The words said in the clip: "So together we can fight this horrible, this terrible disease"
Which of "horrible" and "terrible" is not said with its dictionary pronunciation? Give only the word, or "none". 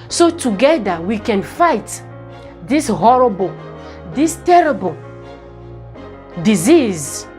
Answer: none